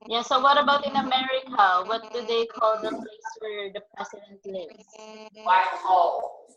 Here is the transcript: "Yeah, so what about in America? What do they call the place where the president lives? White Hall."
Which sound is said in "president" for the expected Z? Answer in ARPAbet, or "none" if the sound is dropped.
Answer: S